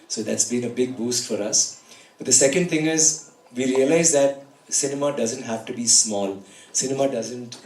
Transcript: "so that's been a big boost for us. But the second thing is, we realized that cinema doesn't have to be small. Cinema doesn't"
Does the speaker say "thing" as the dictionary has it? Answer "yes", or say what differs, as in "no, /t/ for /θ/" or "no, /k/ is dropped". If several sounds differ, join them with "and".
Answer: no, /t/ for /θ/